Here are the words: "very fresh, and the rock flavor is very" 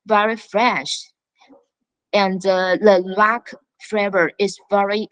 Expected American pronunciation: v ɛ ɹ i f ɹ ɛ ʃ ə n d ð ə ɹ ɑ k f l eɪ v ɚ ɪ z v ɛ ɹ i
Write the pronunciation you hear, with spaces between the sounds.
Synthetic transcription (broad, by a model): v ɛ ɹ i f ɹ ɛ ʃ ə n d ð ə l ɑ k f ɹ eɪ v ɚ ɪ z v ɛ ɹ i